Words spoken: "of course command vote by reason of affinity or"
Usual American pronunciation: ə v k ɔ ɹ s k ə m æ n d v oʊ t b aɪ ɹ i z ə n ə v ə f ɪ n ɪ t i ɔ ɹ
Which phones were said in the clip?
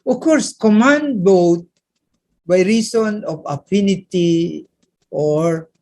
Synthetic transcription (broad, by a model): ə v k ɔ ɹ s k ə m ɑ n d b oʊ t b aɪ ɹ i s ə n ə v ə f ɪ n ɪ t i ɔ ɹ